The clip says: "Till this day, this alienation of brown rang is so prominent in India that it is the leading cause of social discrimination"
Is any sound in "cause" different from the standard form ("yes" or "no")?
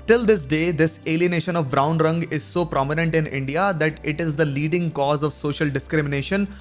no